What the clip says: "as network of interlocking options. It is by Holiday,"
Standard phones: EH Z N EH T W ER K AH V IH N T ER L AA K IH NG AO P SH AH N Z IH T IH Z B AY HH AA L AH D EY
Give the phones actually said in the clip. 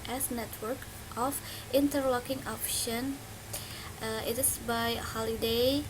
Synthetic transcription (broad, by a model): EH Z N EH T W ER K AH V IH N T ER L AA K IH NG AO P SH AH N IH T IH S B AY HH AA L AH D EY